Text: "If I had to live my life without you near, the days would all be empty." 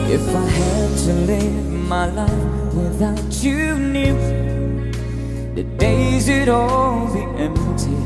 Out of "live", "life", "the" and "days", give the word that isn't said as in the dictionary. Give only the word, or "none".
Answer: none